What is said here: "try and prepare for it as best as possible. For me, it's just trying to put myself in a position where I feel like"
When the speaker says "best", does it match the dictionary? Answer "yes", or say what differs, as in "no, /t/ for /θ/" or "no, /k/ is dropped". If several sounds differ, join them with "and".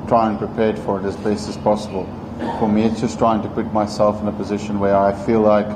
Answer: no, /t/ is dropped